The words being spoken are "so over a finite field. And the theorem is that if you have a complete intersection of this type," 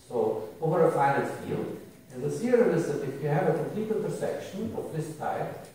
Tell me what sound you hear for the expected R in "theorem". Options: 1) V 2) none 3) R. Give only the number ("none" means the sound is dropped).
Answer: 2